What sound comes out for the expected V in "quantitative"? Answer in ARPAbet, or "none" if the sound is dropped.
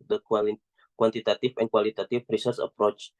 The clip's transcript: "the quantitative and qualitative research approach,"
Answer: F